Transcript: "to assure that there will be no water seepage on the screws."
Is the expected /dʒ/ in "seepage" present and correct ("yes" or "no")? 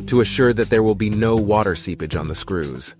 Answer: yes